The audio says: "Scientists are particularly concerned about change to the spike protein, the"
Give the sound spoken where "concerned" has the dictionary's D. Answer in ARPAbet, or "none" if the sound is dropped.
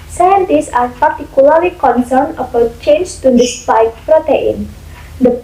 none